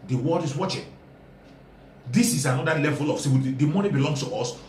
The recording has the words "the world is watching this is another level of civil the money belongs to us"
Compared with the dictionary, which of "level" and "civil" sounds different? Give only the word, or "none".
civil